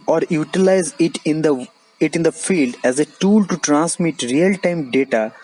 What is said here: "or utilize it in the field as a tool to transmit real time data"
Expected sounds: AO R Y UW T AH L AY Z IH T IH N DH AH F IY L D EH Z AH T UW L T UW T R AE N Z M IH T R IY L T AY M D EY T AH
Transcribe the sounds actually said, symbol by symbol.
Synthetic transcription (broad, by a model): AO R Y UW T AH L AY Z IH T IH N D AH F IY L D EH Z AH T UW L T UW T R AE N S M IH T R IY L T AY M D EY T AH